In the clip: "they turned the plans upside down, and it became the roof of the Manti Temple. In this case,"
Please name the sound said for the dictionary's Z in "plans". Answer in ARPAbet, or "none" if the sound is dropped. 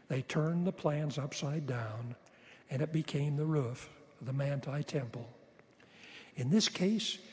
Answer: Z